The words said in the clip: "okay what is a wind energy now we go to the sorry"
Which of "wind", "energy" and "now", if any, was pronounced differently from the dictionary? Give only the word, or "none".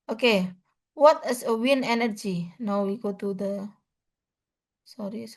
wind